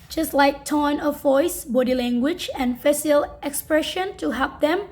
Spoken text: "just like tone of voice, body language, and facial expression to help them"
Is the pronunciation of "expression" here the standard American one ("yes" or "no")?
yes